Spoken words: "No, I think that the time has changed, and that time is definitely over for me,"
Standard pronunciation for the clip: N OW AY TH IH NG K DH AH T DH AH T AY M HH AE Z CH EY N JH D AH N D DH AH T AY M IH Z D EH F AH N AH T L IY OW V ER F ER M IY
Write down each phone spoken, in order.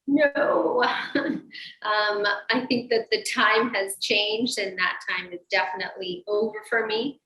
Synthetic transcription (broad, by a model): N OW AY TH IH NG K DH AH T DH AH T AY M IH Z CH EY N JH D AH N DH AH T AY M IH Z D EH F AH N AH T L IY OW V ER F ER M IY